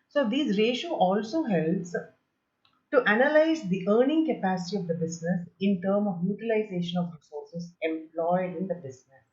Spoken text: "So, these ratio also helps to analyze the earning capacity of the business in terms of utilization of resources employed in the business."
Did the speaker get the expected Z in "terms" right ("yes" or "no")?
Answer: no